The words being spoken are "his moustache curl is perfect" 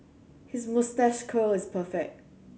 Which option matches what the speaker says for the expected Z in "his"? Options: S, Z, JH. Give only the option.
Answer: Z